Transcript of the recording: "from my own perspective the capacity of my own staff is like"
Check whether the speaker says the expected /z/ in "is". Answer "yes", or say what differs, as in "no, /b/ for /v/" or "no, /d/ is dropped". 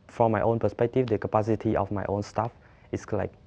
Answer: no, /s/ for /z/